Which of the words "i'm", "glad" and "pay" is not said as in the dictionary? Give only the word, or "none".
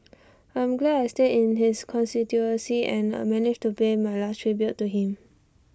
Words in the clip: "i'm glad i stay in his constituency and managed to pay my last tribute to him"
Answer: glad